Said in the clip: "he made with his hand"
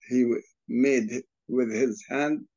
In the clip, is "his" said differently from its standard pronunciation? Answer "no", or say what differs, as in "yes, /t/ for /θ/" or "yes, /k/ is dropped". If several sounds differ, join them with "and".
no